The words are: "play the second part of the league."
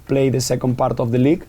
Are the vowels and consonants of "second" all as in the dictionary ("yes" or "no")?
yes